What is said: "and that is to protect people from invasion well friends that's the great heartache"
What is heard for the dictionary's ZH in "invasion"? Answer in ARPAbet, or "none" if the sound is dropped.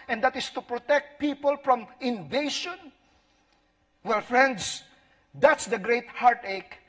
SH